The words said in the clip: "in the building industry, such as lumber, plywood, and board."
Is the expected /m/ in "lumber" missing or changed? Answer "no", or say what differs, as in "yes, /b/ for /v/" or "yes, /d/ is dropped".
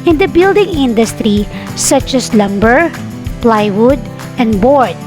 no